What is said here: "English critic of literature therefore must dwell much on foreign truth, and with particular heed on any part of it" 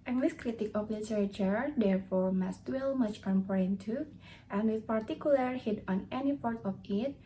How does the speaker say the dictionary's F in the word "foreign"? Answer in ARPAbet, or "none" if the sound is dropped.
P